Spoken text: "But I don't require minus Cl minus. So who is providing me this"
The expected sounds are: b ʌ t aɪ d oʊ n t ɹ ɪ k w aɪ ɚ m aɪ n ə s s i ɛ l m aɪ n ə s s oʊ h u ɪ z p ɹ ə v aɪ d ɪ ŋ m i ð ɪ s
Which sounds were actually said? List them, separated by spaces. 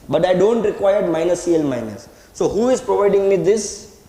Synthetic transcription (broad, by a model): b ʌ t aɪ d oʊ n t ɹ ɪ k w aɪ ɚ m aɪ n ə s s i ɛ l m aɪ n ə s s oʊ h u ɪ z p ɹ ə v aɪ d ɪ ŋ m i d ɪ s